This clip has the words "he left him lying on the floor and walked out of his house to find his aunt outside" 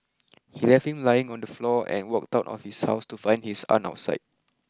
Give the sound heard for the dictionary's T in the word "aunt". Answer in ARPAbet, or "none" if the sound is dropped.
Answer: none